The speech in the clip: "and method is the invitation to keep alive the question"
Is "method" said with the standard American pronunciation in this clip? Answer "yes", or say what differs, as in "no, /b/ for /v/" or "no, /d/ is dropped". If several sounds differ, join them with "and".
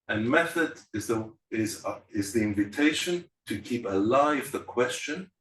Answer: yes